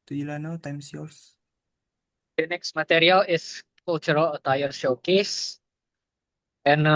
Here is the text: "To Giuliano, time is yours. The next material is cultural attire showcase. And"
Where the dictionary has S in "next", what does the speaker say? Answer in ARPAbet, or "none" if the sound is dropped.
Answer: S